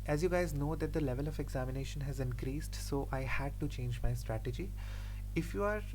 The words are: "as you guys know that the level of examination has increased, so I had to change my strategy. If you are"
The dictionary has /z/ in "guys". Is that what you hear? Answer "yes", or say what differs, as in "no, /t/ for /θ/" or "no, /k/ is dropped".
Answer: yes